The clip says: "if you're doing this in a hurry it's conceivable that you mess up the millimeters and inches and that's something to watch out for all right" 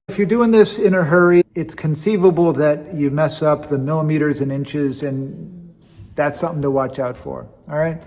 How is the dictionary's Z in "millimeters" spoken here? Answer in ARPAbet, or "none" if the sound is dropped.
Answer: Z